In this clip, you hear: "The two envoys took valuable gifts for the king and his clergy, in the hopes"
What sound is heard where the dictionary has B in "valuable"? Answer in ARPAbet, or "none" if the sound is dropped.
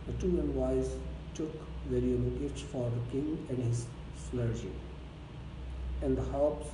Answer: none